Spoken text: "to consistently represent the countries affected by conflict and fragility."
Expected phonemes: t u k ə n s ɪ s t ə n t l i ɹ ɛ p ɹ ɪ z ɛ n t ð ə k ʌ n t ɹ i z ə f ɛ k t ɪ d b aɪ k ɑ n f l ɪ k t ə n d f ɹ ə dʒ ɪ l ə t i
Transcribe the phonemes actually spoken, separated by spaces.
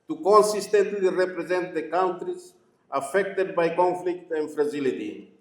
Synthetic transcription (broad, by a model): t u k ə n s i s t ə n t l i ɹ ɛ p ɹ ɪ z ɛ n t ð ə k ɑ n t ɹ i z ə f ɛ k t ɪ d b aɪ k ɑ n f l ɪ k t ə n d f ɹ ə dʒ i l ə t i